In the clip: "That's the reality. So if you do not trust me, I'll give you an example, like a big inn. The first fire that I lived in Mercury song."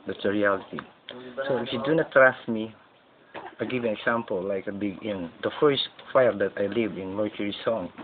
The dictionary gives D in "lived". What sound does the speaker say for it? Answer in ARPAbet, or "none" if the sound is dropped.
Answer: none